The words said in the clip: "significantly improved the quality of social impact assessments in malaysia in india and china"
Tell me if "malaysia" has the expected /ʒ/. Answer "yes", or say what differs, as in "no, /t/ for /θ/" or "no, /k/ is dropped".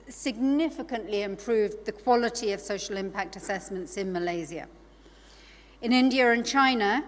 no, /z/ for /ʒ/